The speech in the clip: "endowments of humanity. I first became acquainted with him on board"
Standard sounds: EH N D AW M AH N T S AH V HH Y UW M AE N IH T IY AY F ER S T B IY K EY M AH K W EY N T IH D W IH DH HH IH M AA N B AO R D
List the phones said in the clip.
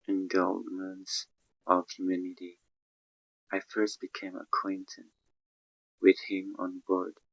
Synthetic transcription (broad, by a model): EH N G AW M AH N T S AH V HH Y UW M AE N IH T IY AY F ER S T B IY K EY M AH K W EY N T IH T W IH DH HH IH M AA N B AO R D